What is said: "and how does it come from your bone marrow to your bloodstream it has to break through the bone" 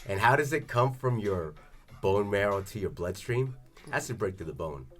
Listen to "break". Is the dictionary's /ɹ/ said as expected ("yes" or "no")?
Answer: yes